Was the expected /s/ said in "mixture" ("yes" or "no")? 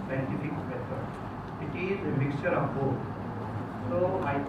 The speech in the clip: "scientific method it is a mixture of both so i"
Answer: yes